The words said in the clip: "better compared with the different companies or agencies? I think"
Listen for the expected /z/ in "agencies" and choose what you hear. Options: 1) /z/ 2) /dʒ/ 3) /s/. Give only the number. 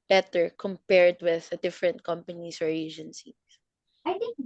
3